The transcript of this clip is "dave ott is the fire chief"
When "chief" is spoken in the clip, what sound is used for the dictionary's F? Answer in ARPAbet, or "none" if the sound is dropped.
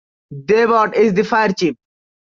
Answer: P